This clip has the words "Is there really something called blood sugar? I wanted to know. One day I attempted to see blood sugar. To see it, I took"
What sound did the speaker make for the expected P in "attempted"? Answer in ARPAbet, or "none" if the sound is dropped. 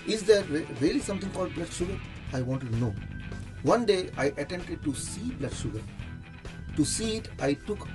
none